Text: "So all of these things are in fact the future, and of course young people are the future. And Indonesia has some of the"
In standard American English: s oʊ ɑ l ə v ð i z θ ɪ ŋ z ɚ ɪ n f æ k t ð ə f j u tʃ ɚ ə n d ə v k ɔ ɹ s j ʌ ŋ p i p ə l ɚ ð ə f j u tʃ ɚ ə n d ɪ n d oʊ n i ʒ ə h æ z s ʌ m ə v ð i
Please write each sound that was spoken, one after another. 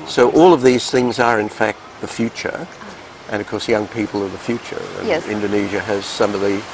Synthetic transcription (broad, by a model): s oʊ ɑ l ə v ð i z θ ɪ ŋ z ɚ ɪ n f æ k t ð ə f j u tʃ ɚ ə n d ə v k ɔ ɹ s j ʌ ŋ p i p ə l ɚ ð ə f j u tʃ ɚ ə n ɪ n d oʊ n i ʒ ə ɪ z s ʌ m ə v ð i